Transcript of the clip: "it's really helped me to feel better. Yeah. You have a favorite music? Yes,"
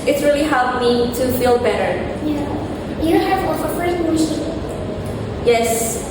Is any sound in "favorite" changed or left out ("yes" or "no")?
yes